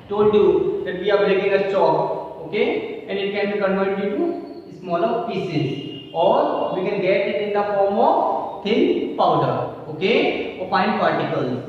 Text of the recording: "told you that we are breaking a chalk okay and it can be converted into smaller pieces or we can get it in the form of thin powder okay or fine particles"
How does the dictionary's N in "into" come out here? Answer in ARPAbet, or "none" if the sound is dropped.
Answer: none